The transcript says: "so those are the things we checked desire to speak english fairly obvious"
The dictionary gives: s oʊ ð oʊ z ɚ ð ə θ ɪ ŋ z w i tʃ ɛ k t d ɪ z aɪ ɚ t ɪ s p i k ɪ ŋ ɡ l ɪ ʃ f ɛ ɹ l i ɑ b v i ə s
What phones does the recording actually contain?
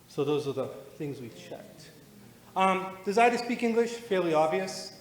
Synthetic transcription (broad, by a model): s oʊ ð oʊ z ɚ ð ə θ ɪ ŋ z w i tʃ ɛ k t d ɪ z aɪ t ɪ s p i k ɪ ŋ ɡ l ɪ ʃ f ɛ ɹ l i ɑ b v i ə s